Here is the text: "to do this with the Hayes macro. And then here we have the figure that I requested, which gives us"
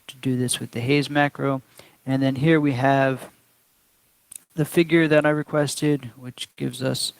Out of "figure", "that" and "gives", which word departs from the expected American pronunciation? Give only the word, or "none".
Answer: none